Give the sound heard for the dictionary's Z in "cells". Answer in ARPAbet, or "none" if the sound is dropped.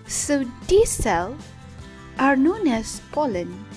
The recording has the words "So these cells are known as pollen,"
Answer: none